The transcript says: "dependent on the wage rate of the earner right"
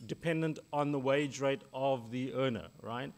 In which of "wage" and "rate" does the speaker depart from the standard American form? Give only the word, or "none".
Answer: none